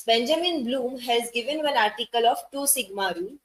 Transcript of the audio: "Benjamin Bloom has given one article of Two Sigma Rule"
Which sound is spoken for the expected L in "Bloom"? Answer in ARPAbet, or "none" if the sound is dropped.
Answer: L